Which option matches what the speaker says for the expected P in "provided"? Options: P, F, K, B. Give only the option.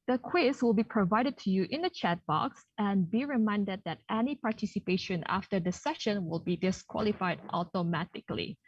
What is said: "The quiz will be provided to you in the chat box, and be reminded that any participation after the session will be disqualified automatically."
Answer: P